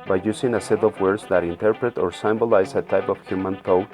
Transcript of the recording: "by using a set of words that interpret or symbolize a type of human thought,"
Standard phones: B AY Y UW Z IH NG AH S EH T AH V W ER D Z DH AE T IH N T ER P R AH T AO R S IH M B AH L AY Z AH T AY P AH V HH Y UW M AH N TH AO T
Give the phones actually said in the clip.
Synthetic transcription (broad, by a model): B AY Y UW S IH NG AH S EH T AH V W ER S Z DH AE T IH N T ER P R AH T AO R S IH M B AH L AY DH AH T AY P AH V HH Y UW M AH N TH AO